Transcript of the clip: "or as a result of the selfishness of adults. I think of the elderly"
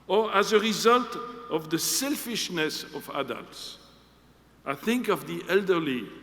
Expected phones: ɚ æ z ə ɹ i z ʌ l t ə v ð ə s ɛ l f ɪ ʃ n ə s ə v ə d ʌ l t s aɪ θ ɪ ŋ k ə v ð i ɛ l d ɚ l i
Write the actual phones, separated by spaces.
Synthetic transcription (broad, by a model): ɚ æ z ə ɹ i z ʌ l t ə v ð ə s ɛ l f ɪ ʃ n ə s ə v ə d ʌ l t s aɪ θ ɪ ŋ k ə v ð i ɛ l d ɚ l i